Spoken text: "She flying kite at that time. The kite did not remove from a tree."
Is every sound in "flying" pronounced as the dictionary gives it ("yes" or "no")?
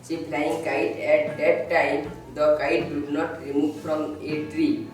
no